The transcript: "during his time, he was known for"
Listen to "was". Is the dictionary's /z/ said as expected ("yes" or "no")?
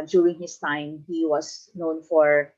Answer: no